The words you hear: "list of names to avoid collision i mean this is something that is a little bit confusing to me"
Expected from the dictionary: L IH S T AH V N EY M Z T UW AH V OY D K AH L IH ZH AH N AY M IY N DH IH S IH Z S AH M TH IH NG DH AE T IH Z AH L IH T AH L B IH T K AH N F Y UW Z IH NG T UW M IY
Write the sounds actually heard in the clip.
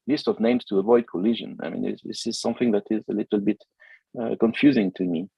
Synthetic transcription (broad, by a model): L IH S T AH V N EY M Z T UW AH V OY D K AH L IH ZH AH N AY M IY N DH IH S IH Z S AH M TH IH NG DH AE T IH Z AH L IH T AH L B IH T K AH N F Y UW Z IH NG T UW M IY